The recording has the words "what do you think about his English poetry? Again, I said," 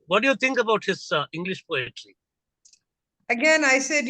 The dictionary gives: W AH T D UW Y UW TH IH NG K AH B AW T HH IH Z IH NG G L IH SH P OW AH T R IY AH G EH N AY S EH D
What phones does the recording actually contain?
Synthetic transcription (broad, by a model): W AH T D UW Y UW T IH NG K AH B AW T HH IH S IH NG G L IH SH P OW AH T L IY AH G EH N AY S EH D